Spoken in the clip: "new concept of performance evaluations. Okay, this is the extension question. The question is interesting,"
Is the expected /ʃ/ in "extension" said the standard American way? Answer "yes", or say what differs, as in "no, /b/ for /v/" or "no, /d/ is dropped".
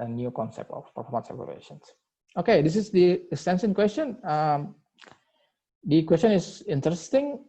no, /s/ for /ʃ/